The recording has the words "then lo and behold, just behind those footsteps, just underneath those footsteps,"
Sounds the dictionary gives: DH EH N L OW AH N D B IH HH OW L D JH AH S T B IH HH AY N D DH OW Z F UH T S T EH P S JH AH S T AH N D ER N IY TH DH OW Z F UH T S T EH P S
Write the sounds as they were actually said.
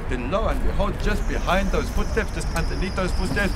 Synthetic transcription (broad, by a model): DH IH L OW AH N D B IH HH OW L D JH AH S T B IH HH AY N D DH OW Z F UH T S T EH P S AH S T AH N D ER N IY T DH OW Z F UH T S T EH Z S